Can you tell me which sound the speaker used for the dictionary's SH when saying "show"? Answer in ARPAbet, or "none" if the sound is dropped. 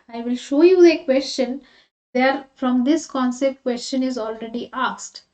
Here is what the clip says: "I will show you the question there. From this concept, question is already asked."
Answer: SH